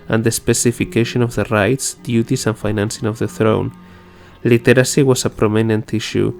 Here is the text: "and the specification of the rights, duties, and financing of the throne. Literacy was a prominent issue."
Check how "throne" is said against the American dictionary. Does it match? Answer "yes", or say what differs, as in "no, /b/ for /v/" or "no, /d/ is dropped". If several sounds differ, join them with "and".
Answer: yes